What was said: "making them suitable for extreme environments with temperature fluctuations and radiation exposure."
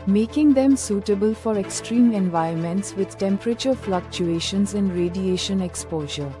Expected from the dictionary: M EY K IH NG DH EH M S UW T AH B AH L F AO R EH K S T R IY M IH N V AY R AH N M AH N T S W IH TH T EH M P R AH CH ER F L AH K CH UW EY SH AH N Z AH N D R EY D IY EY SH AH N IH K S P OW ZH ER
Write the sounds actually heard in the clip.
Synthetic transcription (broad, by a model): M EY K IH NG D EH M S UW T AH B AH L F AO R EH K S T R IY M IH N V AY AH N M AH N T S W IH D T EH M P R AH CH ER F L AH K CH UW EY SH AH N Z AH N D R EY D IY EY SH AH N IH K S P OW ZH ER